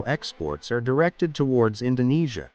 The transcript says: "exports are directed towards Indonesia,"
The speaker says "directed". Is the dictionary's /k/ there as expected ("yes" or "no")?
yes